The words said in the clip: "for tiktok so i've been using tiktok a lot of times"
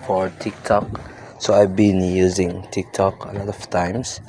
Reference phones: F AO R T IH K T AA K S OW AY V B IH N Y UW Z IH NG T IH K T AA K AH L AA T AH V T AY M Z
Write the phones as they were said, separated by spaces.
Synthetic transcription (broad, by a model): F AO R T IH K T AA K S OW AY V B IH N Y UW Z IH NG T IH K T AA K AH L AA T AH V T AY M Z